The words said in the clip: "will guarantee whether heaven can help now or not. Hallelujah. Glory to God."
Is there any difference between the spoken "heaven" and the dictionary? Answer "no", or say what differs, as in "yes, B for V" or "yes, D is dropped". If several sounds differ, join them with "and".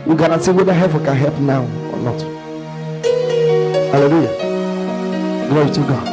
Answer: yes, P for V